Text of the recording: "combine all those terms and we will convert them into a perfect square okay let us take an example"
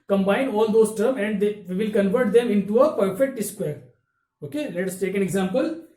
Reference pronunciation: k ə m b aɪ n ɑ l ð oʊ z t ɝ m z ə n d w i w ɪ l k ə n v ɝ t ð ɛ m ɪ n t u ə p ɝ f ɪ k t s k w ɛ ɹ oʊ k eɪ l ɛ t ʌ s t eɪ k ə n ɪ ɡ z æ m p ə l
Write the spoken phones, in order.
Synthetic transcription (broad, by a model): k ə m b aɪ n ɑ l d oʊ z t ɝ m ə n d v i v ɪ l k ə n v ɝ t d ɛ m ɪ n t u ə p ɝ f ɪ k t s k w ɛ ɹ oʊ k eɪ l ɛ t ʌ s t eɪ k ə n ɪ ɡ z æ m p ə l